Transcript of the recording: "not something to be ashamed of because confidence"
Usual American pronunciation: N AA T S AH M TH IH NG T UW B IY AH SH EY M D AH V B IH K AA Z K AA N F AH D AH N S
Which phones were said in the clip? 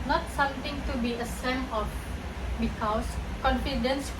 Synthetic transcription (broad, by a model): N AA T S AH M T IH NG T UW B IY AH S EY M AH F B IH K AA S K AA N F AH D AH N S